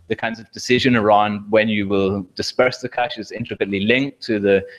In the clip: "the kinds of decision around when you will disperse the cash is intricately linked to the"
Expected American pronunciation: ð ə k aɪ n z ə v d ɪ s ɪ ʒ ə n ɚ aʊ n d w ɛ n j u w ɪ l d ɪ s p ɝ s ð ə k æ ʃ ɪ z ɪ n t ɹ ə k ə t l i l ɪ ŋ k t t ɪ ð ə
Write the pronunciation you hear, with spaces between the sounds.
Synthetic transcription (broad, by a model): ð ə k aɪ n z ə v d ɪ s ɪ ʒ ə n ɚ aʊ n d w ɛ n j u w ɪ l d ɪ s p ɝ s ð ə k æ ʃ ɪ z ɪ n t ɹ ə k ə t l i l ɪ ŋ k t t ɪ ð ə